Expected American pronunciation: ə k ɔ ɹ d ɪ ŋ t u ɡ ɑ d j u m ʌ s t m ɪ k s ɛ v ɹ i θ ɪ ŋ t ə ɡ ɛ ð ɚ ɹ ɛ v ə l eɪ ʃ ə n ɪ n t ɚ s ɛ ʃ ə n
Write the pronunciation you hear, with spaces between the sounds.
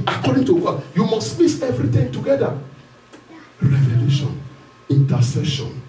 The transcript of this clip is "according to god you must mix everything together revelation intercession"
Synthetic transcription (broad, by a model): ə k ɔ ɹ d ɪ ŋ t u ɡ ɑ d j u m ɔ s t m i s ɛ v ɹ i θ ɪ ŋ t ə ɡ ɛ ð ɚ ɹ ɛ v ə l eɪ ʃ ə n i n t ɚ s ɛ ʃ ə n